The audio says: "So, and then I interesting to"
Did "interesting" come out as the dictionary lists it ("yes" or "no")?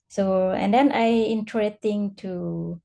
no